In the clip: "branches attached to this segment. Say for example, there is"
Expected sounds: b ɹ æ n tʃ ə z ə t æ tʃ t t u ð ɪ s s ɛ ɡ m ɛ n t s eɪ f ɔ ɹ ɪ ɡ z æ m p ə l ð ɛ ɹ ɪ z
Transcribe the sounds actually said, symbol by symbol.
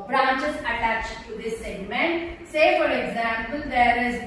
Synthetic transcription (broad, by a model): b ɹ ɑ n tʃ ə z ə t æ tʃ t t u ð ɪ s s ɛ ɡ m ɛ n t s eɪ f ɔ ɹ ɪ ɡ z æ m p ə l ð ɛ ɹ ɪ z